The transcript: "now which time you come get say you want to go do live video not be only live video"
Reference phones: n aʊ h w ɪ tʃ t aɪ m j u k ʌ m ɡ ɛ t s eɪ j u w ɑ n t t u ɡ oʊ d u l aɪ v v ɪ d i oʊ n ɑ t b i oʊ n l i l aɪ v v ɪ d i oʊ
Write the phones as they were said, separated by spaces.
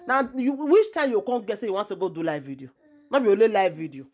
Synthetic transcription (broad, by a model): n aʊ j w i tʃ t aɪ m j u k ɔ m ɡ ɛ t s eɪ j u w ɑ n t t u ɡ oʊ d u l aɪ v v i d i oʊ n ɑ b i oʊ l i l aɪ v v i d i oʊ